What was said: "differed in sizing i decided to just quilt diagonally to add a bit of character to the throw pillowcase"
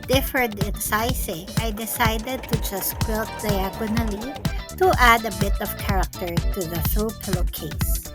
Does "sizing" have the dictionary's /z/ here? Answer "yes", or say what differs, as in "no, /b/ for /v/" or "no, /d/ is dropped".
no, /s/ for /z/